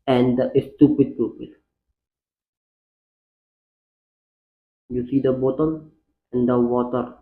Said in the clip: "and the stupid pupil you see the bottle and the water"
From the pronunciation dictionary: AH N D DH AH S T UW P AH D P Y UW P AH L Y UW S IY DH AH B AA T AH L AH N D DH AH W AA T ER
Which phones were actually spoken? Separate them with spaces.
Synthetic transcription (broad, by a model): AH N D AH S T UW P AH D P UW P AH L Y UW S IY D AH B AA T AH N AH N D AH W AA T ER